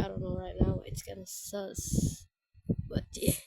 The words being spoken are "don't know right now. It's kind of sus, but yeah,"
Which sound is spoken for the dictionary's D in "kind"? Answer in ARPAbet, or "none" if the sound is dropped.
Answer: none